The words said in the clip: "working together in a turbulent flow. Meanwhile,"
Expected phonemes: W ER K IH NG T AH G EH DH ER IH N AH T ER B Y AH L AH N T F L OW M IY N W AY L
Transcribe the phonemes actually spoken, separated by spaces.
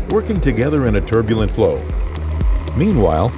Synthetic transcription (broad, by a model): W ER K IH NG T AH G EH DH ER IH N AH T ER B Y L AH N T F L OW M IY N W AY L